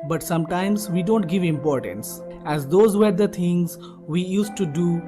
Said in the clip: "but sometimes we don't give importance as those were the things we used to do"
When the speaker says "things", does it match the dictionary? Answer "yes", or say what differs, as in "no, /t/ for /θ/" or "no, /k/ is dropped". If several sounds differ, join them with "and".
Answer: no, /t/ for /θ/